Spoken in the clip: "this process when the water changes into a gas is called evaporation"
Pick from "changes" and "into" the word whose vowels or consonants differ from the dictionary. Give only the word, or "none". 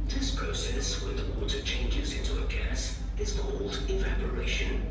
none